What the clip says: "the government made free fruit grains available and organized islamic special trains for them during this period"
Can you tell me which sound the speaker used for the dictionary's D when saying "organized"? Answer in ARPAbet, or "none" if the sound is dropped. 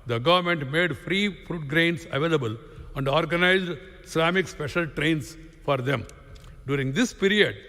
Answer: D